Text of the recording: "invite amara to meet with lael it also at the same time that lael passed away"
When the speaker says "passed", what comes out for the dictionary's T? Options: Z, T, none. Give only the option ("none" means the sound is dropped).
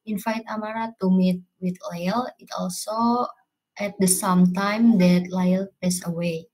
none